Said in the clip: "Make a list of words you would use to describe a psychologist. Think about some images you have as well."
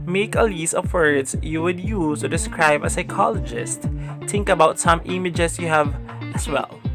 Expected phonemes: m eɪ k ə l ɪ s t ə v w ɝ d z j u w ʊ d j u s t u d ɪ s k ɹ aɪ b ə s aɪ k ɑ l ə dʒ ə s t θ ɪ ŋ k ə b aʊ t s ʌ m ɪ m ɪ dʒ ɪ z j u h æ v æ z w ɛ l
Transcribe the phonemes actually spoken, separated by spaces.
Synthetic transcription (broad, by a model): m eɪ k ə l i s ə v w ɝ d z j u w ʊ d j u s t u d ɪ s k ɹ aɪ b ə s aɪ k ɑ l ə dʒ ə s t t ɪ ŋ k ə b aʊ t s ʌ m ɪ m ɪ dʒ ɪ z j u h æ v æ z w ɛ l